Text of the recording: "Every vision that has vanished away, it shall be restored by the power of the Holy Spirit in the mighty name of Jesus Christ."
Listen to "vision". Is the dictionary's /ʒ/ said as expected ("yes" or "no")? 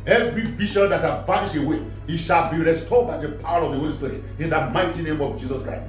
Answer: no